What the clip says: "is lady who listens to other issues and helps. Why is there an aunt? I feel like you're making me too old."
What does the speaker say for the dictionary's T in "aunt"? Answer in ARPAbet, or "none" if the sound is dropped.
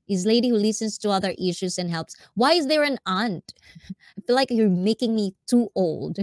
T